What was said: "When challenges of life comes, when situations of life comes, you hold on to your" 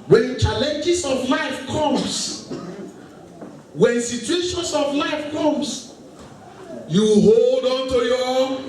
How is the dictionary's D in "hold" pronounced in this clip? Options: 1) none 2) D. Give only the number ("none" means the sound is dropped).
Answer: 2